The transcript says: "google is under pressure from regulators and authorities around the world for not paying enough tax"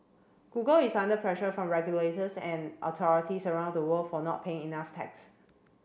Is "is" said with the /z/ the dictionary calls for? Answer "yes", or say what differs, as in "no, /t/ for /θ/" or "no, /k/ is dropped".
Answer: no, /s/ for /z/